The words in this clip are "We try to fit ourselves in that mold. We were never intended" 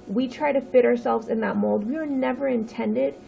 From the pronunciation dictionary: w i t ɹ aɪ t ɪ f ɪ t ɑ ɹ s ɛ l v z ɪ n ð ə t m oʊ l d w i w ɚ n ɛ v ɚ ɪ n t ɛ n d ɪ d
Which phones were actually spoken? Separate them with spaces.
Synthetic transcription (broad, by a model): w i t ɹ aɪ t ɪ f ɪ t ɑ ɹ s ɛ l v z ɪ n ð ə t m oʊ l d w i w ɚ n ɛ v ɚ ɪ n t ɛ n d ɪ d